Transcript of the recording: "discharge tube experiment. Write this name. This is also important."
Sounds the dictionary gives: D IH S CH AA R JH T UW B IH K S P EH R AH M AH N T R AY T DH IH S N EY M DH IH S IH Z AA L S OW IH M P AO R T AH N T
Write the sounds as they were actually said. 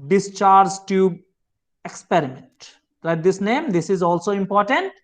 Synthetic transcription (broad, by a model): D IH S CH AA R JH T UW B IH K S P EH R AH M AH N T L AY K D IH S N EY M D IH S IH Z AA L S OW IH M P AO R T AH N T